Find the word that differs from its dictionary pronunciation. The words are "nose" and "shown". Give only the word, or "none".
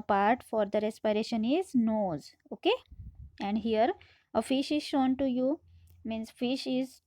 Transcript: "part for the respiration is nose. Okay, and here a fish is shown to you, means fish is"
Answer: none